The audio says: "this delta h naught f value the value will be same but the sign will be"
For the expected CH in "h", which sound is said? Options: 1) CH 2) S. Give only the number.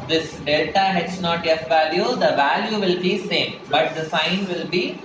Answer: 2